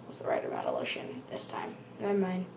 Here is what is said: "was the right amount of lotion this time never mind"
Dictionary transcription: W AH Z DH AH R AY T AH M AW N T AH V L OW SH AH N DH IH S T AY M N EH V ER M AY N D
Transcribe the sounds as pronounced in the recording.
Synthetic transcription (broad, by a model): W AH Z DH AH R AY T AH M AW T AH L OW SH AH N DH IH S T AY M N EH IH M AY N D